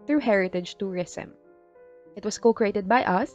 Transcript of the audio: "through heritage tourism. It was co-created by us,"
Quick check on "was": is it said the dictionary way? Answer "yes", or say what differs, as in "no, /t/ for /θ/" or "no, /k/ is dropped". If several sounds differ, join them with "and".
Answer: no, /s/ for /z/